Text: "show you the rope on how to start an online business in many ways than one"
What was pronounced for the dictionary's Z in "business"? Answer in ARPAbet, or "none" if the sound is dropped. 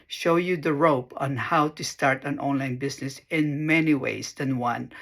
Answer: S